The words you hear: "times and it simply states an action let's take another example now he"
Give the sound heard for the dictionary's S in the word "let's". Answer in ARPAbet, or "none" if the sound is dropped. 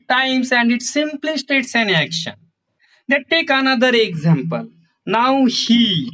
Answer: none